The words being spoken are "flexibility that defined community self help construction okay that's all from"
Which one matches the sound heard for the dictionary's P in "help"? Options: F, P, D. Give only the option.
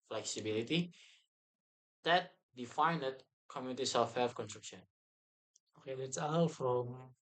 F